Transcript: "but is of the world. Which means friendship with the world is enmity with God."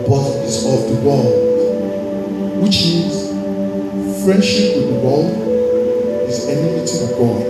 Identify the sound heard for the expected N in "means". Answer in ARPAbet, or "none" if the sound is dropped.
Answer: none